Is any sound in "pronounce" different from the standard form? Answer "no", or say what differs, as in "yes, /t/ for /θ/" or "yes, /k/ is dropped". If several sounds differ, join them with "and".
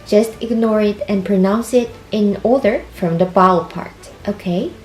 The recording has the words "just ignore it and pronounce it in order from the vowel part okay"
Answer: no